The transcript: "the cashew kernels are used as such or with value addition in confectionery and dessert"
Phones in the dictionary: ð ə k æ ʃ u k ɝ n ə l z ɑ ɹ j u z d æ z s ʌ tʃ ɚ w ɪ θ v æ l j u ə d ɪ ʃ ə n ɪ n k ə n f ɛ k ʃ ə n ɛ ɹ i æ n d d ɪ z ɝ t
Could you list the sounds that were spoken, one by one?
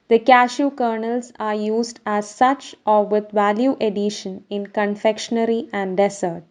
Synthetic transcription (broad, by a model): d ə k æ ʃ u k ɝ n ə l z ɑ ɹ j u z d æ z s ʌ tʃ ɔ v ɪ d v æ l j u ə d ɪ ʃ ə n ɪ n k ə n f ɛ k ʃ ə n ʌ ɹ i æ n d d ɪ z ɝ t